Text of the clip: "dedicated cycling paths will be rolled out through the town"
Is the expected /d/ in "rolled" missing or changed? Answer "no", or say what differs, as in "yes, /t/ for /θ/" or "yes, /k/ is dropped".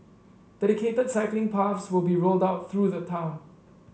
no